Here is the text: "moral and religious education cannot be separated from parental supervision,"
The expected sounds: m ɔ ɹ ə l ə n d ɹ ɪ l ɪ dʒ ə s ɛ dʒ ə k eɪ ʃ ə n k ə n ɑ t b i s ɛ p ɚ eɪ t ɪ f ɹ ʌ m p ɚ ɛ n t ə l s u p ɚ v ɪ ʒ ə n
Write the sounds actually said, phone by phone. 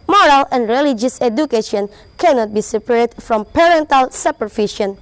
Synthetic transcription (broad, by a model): m ɔ ɹ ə l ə n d ɹ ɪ l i dʒ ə s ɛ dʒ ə k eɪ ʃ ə n k ə n ɑ t b i s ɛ p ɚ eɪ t f ɹ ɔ m p ɚ ɛ n t ə l s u p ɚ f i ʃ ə n